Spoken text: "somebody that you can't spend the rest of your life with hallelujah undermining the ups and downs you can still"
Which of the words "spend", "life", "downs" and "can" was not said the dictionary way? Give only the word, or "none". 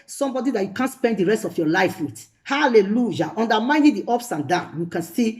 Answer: downs